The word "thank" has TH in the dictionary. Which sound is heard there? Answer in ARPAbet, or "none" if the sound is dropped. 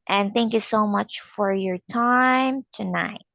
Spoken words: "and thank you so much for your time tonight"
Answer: TH